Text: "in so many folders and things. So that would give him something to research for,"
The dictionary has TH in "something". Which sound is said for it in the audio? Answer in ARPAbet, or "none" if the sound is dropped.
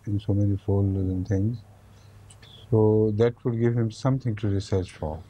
T